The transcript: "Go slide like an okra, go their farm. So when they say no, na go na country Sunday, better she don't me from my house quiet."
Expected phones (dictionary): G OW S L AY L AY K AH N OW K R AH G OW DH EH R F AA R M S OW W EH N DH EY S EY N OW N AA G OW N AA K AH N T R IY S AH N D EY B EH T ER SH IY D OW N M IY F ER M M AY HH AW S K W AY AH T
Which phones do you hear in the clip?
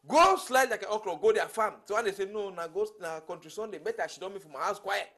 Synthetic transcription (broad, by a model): G OW S L AY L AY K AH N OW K L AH G OW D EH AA F AA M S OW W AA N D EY S EY N OW N AA G OW N AA K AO N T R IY S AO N D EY B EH T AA SH IY D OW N M IY F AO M M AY HH AW S K W AY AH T